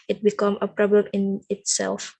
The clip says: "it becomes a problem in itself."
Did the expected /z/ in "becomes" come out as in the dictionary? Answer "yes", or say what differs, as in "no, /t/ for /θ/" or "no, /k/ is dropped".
no, /z/ is dropped